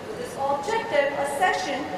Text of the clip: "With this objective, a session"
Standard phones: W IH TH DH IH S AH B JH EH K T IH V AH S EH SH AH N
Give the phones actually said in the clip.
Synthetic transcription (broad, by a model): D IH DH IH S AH B JH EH K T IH P AH S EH SH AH N